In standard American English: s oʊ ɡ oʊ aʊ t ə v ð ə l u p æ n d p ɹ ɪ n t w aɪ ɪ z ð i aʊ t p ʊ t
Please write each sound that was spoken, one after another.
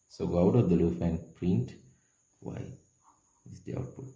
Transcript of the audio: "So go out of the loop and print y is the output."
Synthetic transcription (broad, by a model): s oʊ ɡ oʊ aʊ t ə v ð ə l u f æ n p ɹ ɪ n t w aɪ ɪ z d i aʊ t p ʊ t